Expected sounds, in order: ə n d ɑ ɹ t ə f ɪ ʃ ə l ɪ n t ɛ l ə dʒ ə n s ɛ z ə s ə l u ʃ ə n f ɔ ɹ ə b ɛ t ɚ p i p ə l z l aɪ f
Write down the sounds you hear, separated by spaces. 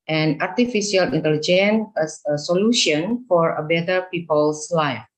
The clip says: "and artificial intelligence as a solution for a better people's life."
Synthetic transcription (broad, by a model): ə n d ɑ ɹ t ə f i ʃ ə l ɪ n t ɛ l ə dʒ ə n ɛ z ə s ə l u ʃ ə n f ɔ ɹ ə b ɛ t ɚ p i p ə l s l aɪ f